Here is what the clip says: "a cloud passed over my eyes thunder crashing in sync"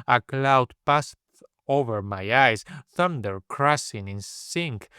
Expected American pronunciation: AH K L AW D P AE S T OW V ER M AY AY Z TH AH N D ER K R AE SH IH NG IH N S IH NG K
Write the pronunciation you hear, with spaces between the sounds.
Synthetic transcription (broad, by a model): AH K L AW D P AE S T OW V ER M AY AY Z TH AH N D ER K R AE S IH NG IH N S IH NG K